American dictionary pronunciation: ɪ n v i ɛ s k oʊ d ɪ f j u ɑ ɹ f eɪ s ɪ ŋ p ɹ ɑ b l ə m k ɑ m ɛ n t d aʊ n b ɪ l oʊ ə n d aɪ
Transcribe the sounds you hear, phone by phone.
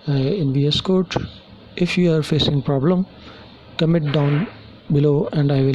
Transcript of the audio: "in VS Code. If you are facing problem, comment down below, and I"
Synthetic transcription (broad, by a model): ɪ n v i ɛ s k oʊ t ɪ f j u ɑ ɹ f eɪ s ɪ ŋ p ɹ ɑ b l ə m k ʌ m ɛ t d aʊ n b ɪ l oʊ ə n d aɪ